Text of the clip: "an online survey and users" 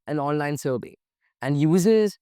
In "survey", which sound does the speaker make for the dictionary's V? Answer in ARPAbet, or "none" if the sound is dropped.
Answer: B